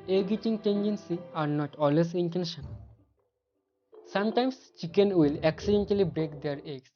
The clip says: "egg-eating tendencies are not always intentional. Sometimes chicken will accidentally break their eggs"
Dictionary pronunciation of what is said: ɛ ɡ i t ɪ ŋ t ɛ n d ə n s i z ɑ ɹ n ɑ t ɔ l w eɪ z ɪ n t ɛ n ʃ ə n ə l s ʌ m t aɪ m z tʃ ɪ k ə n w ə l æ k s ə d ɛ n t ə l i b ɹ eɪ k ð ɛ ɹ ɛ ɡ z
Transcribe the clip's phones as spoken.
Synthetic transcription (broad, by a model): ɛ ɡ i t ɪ ŋ t ɛ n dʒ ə n s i ɑ ɹ n ɑ t ɔ l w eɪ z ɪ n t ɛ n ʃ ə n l s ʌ m t aɪ m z tʃ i k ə n w ə l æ k s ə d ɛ n t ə l i b ɹ eɪ k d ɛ ɹ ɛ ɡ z